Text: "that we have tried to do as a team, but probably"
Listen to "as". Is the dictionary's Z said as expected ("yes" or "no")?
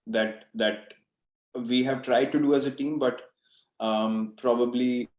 yes